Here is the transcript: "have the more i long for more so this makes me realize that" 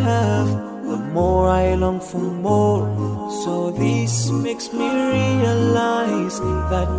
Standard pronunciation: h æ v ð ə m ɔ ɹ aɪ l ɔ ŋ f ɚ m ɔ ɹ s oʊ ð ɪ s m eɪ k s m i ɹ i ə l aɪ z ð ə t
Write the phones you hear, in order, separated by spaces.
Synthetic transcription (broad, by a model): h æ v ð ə m ɔ ɹ aɪ l ɔ ŋ f ɚ m ɔ ɹ s oʊ ð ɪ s m eɪ k s m i ɹ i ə l aɪ z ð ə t